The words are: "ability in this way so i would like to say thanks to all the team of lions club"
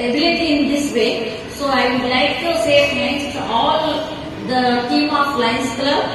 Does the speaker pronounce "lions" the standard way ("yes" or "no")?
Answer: no